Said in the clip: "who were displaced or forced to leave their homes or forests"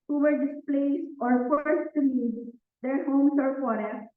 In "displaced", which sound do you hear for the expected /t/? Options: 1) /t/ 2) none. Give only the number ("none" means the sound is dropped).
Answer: 2